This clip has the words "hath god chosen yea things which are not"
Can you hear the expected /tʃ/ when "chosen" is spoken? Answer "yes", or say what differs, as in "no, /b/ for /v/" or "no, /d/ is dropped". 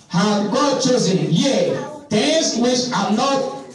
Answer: yes